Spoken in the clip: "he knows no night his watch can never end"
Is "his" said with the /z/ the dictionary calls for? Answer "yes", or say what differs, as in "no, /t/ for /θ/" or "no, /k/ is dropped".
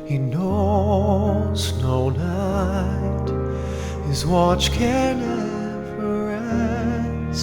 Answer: yes